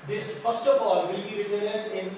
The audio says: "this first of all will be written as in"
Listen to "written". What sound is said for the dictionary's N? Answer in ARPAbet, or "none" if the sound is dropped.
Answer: L